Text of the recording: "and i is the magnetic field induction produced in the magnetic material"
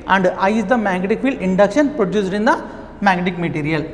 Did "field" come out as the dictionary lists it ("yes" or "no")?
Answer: no